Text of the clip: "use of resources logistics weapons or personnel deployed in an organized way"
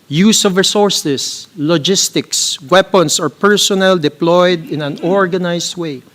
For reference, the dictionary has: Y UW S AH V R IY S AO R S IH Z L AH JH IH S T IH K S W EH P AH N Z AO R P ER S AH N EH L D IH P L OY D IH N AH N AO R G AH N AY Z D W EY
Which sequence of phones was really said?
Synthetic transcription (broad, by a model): Y UW S AH V R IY S AO R S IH S L AH JH IH S T IH K S W EH P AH N S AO R P ER S AH N EH L D IH P L OY D IH N AH N AO R G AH N AY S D W EY